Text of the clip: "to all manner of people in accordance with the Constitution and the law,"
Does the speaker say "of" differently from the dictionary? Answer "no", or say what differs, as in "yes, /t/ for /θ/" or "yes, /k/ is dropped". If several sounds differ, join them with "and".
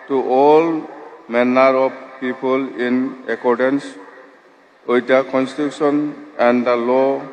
yes, /b/ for /v/